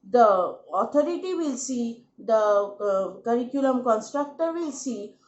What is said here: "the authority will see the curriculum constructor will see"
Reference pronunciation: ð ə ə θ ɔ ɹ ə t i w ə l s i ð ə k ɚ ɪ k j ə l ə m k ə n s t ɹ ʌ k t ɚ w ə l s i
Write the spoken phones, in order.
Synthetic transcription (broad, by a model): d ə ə t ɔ ɹ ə t i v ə l s i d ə k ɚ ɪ k j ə l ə m k ə n s t ɹ ʌ k t ɚ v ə l s i